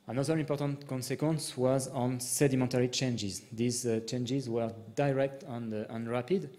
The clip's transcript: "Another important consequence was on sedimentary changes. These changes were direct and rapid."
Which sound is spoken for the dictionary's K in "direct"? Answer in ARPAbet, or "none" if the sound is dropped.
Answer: K